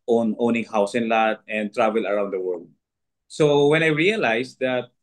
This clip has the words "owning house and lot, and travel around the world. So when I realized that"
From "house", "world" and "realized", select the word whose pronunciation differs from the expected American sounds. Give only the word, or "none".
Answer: realized